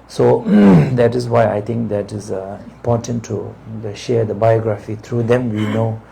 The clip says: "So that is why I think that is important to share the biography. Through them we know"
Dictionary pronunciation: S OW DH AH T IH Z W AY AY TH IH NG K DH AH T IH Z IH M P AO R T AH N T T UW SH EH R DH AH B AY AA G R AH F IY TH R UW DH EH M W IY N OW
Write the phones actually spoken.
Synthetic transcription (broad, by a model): S OW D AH T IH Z W AY AY T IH NG K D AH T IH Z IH M P AO T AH N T T UW SH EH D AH B AY AA G R AH F IY T R UW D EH M W IY N OW